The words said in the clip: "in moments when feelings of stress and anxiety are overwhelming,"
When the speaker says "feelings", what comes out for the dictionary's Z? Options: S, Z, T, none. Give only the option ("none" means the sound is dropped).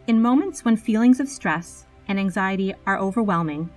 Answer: Z